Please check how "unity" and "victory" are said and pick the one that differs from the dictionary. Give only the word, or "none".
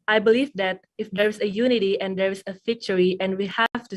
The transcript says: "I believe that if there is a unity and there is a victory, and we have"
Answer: victory